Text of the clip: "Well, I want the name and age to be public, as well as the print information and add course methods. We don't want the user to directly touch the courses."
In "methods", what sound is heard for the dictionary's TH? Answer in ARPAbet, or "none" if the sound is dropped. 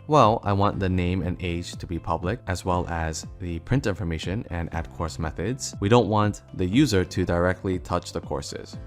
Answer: TH